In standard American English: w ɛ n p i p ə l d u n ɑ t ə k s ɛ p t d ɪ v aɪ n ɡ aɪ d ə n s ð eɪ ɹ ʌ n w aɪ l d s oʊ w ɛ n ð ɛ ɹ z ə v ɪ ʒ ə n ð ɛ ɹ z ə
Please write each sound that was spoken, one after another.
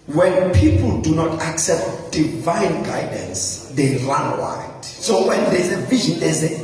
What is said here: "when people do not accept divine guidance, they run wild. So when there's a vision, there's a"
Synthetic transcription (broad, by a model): w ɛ n p i p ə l d u n ɑ t ə k s ɛ p t d ɪ v aɪ n ɡ aɪ d ə n s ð eɪ ɹ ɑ n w aɪ d s oʊ w ɛ n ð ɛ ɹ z ə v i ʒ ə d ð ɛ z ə